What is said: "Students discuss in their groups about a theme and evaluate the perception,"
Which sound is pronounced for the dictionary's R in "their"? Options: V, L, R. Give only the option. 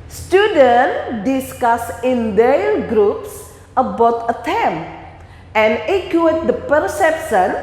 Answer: L